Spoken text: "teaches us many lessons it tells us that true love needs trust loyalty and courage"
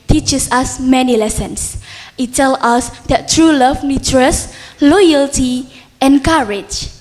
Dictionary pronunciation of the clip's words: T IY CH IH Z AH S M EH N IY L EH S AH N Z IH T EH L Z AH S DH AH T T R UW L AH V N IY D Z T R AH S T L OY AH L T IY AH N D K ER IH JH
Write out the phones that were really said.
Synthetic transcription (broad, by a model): T IY CH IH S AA S M EH N IY L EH S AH N S IH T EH L AA S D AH T T R UW L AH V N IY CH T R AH S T L OY AH L T IY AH N K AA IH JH